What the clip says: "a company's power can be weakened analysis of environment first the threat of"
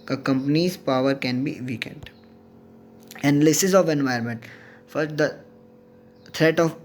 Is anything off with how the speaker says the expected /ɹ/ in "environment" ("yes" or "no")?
yes